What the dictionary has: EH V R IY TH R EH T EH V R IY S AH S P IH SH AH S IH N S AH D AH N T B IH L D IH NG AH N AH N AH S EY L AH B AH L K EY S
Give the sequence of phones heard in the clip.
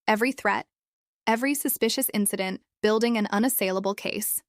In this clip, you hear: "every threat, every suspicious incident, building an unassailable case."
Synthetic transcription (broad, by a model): EH V R IY TH R EH T EH V R IY S AH S P IH SH AH S IH N S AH D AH N B IH L D IH NG AH N AH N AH S EY L AH B L K EY S